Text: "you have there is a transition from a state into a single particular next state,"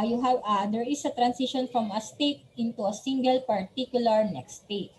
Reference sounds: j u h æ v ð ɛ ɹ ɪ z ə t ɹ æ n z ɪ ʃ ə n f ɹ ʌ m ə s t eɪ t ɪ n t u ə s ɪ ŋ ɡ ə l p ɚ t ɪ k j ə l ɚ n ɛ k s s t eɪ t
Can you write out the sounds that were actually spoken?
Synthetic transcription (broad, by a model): j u h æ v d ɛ ɹ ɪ s ə t ɹ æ n s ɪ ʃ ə n f ɹ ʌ m ə s t eɪ t ɪ n t u ə s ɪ ŋ ɡ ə l p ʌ t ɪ k j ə l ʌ n ɛ k s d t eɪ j